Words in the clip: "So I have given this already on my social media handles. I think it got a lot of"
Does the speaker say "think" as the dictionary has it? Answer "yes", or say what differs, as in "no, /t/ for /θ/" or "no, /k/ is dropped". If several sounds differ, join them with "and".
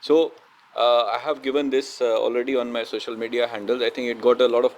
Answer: no, /t/ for /θ/